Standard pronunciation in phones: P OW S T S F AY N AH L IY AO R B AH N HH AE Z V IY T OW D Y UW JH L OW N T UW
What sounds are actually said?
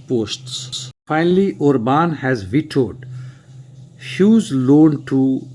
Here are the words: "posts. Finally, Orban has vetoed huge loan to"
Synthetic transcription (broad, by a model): P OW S T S F AY N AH L IY AO R B AH N HH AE Z V IY T OW D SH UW Z L OW N T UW